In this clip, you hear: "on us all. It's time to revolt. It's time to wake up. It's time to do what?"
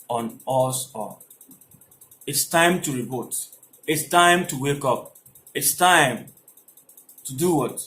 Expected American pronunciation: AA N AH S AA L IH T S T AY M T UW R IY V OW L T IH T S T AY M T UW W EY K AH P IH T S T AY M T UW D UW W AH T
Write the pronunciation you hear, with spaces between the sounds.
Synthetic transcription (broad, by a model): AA N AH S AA IH T S T AY M T UW R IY B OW T IH T S T AY M T UW W EY K AH P IH T S T AY M T UW D UW W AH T